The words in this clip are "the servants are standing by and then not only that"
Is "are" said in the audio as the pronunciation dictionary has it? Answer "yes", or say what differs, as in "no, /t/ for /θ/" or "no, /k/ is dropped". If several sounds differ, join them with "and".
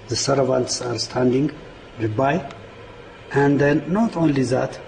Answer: yes